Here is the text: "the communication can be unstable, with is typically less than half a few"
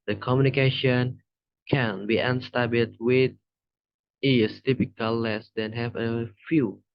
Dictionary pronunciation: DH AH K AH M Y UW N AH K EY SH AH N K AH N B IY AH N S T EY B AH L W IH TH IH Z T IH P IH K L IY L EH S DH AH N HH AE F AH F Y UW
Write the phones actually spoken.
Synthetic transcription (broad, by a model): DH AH K AH M Y UW N AH K EY SH AH N K AH N B IY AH N S T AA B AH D W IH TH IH S T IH P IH K IY L EH S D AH N HH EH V AH F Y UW